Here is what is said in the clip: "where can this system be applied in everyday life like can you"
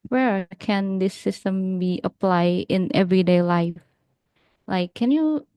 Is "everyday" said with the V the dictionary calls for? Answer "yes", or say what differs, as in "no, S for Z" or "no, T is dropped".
yes